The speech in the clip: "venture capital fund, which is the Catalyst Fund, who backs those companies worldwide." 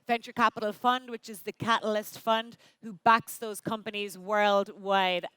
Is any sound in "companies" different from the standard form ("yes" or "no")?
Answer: no